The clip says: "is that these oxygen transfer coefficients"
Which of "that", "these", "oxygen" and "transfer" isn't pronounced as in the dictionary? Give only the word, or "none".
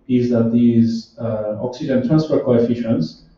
none